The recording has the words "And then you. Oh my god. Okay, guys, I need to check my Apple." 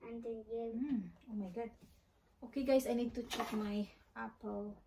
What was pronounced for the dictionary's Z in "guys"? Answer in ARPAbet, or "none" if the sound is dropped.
S